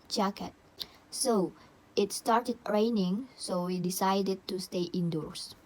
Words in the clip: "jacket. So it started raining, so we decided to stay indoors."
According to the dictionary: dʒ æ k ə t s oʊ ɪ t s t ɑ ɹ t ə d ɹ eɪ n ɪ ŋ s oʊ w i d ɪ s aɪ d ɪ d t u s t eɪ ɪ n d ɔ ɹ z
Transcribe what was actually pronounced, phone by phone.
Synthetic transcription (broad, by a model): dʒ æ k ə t s oʊ ɪ t s t ɑ ɹ t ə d ɹ eɪ n ɪ ŋ s oʊ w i d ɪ s aɪ d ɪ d t u s t eɪ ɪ n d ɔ ɹ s